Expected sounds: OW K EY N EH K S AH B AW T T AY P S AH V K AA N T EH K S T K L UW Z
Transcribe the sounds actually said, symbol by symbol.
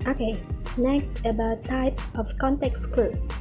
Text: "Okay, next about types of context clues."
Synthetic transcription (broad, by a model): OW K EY N EH K S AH B AW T T AY P S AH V K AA N T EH K S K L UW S